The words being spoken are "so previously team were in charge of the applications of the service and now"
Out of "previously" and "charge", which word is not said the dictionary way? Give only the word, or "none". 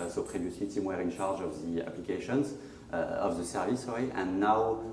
previously